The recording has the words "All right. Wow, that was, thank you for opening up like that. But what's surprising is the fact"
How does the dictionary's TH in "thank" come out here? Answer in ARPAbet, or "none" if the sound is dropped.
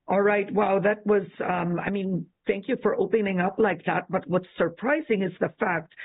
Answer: TH